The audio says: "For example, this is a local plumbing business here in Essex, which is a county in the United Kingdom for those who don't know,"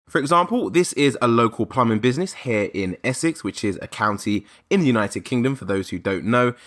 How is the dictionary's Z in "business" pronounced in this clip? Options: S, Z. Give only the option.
Z